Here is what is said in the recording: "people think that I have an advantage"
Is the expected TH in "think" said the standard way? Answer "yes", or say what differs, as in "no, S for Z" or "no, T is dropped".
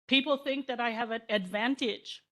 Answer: yes